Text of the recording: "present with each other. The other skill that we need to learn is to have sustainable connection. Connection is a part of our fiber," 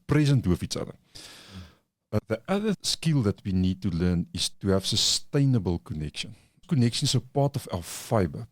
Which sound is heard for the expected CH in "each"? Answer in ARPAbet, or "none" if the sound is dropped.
S